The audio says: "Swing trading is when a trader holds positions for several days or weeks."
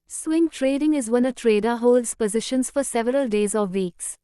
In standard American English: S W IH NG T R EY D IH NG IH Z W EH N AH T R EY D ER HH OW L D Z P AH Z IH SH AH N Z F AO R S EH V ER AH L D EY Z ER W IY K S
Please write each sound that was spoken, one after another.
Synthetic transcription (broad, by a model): S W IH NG T R EY D IH NG IH Z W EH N AH T R EY D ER HH OW L D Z P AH Z IH SH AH N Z F AO R S EH V ER AH L D EY Z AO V IY K S